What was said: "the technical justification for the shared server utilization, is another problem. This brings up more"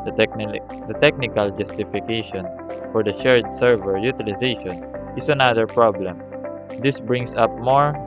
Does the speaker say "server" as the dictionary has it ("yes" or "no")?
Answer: yes